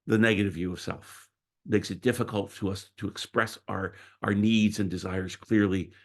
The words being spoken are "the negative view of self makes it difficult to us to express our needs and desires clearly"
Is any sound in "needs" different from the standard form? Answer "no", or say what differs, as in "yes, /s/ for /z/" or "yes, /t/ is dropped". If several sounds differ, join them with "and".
no